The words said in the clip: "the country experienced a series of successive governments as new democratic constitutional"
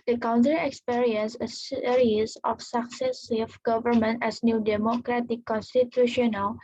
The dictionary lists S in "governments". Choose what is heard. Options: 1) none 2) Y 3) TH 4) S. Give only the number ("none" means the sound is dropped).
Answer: 1